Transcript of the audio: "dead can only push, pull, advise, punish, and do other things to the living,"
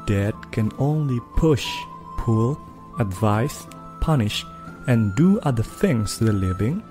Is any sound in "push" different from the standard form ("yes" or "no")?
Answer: no